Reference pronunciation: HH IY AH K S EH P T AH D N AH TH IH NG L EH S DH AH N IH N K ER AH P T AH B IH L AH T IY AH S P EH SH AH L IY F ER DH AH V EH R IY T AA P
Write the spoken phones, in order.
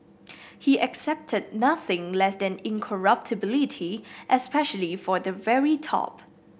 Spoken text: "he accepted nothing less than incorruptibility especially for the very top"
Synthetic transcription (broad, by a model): HH IY AH K S EH P T AH D N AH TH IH NG L EH S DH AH N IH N K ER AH P T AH B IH L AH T IY AH S P EH SH AH L IY F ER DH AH V EH R IY T AA P